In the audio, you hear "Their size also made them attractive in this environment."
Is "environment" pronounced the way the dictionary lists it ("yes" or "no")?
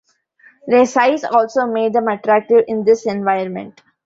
no